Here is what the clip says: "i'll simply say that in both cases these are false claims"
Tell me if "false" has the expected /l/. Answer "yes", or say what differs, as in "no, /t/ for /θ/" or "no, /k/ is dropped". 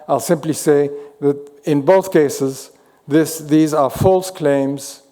yes